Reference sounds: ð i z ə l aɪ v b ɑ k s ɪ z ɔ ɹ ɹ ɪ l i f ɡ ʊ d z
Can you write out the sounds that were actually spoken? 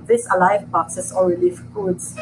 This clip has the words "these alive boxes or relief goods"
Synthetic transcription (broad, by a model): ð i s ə l aɪ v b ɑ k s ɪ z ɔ l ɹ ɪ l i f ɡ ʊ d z